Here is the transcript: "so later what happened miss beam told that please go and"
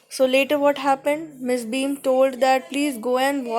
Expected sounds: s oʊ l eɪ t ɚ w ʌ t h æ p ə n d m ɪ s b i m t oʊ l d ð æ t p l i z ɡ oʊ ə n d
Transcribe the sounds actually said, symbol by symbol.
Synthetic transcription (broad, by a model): s oʊ l eɪ t ɚ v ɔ t h æ p ə n d m ɪ s b i m t oʊ l d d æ t p l i z ɡ oʊ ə n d